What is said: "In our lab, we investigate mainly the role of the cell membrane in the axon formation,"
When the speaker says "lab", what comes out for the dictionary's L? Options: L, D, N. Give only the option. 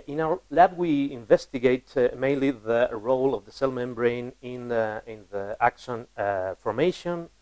L